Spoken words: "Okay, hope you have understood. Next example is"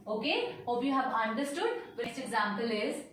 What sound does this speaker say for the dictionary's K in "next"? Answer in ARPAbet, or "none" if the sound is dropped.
none